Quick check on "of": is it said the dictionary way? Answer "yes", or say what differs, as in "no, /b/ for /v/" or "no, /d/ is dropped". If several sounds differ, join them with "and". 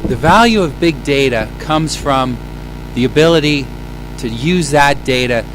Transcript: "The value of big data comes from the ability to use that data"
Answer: yes